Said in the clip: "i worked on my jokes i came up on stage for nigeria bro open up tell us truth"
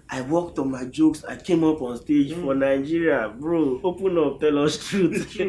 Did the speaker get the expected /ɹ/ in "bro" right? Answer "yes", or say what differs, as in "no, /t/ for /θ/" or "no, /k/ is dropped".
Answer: yes